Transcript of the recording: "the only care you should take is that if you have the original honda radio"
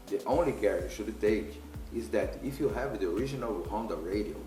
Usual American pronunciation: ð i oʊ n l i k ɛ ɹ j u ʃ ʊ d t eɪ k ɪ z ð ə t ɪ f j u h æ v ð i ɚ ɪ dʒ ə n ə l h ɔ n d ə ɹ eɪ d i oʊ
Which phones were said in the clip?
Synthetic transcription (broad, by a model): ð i oʊ n l i k ɛ ɹ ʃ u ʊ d t eɪ k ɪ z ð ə t ɪ f j u h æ v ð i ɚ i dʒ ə n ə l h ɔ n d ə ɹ eɪ d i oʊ